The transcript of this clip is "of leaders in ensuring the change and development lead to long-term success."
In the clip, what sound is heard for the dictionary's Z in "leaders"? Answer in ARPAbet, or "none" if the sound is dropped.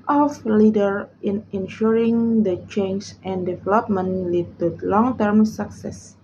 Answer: none